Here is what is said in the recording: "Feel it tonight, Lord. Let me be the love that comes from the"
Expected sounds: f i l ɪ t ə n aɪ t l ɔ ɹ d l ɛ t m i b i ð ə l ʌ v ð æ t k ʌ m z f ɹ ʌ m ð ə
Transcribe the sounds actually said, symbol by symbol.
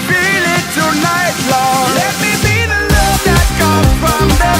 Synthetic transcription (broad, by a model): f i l ɪ t ə n aɪ t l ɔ l ɛ t m i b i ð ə n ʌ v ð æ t k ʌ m f ɹ ʌ m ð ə